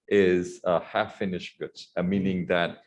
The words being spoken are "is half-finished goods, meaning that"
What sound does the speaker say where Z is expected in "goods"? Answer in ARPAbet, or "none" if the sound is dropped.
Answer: none